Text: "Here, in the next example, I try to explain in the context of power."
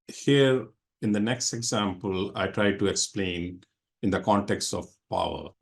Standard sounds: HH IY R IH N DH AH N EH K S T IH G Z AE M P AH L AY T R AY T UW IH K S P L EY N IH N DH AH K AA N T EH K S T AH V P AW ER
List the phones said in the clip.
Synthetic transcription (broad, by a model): HH IY R IH N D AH N EH K S T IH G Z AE M P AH L AY T R AY T UW IH K S P L EY N IH N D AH K AA N T EH K S T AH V P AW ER